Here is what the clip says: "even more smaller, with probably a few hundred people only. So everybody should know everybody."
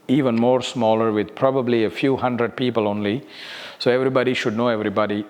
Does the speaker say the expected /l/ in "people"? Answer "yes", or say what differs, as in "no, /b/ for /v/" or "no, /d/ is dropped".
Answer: yes